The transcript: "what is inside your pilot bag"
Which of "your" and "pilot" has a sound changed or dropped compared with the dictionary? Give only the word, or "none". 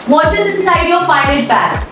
pilot